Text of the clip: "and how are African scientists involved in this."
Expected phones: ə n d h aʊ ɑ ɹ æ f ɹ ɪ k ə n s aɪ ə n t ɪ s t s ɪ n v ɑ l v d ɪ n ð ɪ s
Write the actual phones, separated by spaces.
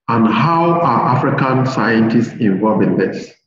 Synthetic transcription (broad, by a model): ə n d h aʊ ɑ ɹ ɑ f ɹ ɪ k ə n s aɪ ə n t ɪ s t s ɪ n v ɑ l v ɪ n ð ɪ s